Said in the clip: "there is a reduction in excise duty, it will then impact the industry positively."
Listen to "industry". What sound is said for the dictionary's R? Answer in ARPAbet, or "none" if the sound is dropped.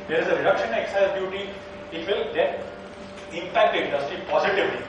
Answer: R